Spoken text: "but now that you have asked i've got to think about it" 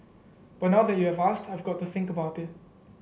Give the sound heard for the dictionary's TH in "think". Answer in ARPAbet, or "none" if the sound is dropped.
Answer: TH